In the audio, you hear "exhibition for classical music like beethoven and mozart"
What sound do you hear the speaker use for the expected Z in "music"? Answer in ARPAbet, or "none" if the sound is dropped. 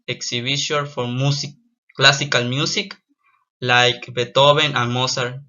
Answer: S